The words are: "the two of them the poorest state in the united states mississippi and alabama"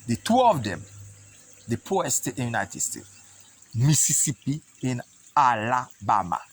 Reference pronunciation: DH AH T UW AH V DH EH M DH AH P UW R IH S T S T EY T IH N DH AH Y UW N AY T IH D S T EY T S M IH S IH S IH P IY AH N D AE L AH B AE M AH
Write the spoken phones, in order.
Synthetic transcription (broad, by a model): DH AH T UW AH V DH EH M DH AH P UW IH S S T EY T IH N Y UW N AY T IH D S T EY T S M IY S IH S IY P IY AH N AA L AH B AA M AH